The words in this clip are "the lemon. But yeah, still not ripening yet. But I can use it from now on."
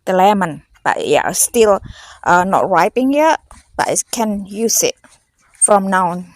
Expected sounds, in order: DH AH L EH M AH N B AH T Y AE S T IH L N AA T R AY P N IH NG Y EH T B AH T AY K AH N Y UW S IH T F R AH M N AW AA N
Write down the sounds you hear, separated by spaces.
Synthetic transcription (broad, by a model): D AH L EH M AH N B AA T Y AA S T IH L N AA T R AY P IH NG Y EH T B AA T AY K AH N Y UW S IH T F R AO M N AW N